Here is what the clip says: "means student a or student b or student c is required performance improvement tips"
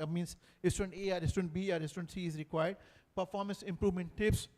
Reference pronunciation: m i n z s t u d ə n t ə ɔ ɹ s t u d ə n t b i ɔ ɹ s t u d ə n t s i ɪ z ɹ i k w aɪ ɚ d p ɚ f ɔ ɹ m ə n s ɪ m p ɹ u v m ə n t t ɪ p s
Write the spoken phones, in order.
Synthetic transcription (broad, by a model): m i n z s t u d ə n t ə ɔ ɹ s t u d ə n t b i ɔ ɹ s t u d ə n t s i ɪ z ɹ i k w aɪ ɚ d p ɚ f ɔ ɹ m ə n s ɪ m p ɹ u v m ə n t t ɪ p s